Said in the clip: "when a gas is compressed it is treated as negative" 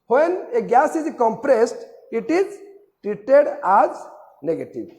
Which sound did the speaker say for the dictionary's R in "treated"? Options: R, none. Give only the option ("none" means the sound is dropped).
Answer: R